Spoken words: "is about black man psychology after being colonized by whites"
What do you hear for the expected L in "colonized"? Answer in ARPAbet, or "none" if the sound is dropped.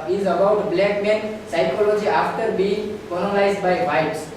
N